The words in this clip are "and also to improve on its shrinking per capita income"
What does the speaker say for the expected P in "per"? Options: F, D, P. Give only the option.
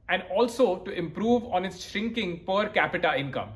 P